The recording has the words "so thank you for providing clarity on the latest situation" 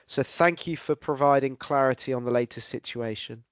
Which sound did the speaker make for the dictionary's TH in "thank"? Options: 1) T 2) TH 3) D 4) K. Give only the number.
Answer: 2